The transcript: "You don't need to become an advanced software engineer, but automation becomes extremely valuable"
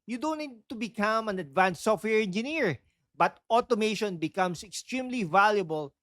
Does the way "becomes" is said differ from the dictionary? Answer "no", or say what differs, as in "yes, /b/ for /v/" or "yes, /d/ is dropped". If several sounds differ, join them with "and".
yes, /s/ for /z/